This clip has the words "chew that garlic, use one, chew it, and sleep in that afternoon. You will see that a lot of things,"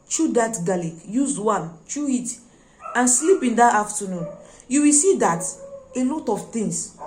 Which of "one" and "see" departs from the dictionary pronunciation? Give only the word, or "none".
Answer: one